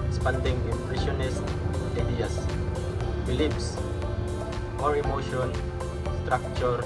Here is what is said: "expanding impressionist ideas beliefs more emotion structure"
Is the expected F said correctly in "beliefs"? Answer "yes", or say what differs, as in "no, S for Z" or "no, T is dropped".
no, P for F